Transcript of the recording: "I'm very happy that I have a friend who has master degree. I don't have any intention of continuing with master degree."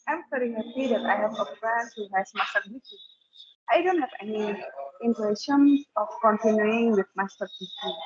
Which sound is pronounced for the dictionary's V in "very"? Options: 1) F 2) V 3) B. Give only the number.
1